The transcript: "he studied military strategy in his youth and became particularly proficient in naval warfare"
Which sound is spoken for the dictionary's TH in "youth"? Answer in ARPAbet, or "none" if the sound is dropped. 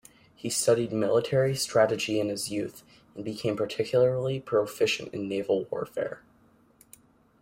TH